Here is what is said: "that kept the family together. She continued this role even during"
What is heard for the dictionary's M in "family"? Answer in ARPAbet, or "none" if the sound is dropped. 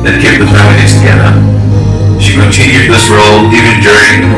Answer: none